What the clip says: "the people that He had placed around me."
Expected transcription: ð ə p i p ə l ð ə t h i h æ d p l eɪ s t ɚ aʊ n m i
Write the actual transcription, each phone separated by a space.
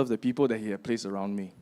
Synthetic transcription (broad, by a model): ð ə p i p ə l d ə t h i h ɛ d p l eɪ s ɚ aʊ n m i